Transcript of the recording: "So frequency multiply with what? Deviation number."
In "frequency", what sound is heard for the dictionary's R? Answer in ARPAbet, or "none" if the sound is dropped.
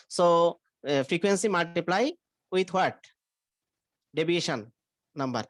R